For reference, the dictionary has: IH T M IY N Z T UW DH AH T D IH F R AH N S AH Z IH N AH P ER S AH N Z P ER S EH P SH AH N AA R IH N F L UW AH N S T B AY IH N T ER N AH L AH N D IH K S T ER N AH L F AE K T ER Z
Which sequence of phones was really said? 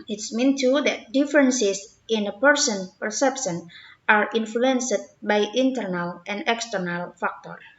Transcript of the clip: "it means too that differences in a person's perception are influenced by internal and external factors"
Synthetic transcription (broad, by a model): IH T M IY N T UW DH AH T D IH F R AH N S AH S IH N AH P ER S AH N P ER S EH P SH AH N AA R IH N F L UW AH N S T B AY IH N T ER N AH L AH N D IH K S T ER N AH L F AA K T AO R